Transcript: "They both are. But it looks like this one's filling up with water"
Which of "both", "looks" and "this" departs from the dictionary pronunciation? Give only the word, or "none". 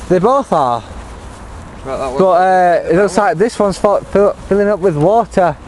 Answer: looks